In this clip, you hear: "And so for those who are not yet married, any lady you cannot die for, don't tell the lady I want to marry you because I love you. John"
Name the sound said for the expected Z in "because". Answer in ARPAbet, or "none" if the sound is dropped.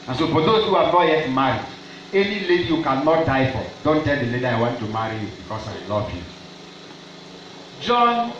S